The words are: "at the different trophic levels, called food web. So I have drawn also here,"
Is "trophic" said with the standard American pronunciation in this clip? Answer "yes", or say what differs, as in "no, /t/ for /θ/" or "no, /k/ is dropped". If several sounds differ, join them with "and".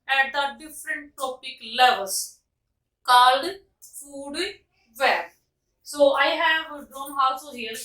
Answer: no, /ɹ/ is dropped and /p/ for /f/